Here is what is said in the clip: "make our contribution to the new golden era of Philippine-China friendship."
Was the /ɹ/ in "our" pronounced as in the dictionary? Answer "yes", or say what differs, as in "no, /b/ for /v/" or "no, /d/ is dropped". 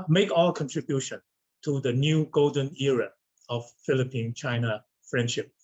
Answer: no, /l/ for /ɹ/